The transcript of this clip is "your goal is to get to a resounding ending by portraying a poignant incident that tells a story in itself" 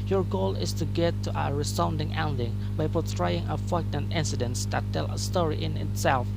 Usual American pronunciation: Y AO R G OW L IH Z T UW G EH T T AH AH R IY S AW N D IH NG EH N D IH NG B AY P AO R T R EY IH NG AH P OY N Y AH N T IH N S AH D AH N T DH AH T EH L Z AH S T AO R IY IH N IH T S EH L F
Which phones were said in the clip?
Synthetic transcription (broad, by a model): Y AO R G OW L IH S T UW G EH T T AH AH R IY S AW N D IH NG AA N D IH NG B AY P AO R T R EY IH NG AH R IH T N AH N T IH N S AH D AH N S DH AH T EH L AH S T AO R IY IH N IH T S EH L F